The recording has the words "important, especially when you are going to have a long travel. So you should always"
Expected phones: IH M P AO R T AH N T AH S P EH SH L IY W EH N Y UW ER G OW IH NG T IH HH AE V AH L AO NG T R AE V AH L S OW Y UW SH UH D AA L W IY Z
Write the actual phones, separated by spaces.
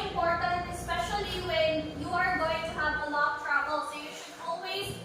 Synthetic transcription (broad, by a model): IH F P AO R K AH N AH S P EH SH L IY W EH N Y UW ER G OW IH NG T IH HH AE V AH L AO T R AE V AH L S OW Y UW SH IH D AA L W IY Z